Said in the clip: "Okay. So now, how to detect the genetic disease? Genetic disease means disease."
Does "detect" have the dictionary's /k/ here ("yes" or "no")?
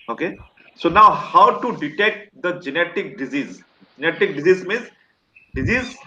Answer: yes